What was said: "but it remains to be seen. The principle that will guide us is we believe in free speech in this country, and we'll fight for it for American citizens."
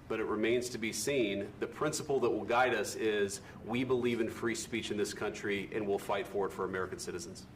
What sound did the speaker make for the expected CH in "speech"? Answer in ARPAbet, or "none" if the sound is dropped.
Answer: CH